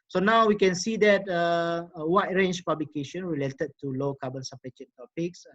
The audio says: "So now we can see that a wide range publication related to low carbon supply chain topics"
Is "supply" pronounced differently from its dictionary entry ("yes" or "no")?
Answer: yes